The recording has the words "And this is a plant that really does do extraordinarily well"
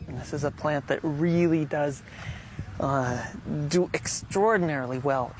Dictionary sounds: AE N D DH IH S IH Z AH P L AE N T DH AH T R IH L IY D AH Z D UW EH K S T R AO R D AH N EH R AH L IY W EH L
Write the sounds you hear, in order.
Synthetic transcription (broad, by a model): N DH IH S IH Z AH P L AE N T DH AH T R IH L IY D AH Z D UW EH K S T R AO R D N EH R L IY W EH L